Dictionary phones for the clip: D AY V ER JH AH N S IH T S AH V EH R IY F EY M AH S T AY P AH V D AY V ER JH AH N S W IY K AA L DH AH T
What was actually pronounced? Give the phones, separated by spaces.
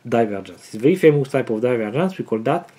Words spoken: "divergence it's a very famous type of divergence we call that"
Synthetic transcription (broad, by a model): D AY V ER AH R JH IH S AH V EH IY F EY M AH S T AY P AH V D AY V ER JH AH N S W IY K AA L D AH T